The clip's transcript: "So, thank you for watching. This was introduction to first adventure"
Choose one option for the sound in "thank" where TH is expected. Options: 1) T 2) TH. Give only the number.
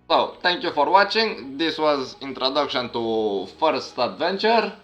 1